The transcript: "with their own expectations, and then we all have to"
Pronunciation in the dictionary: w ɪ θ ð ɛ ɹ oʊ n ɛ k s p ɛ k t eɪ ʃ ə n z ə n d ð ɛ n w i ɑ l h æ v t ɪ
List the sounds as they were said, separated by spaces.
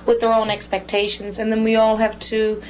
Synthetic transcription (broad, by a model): w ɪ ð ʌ ɹ oʊ n ɛ k s p ɛ k t eɪ ʃ ə n z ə n ð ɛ n w i ɑ l h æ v t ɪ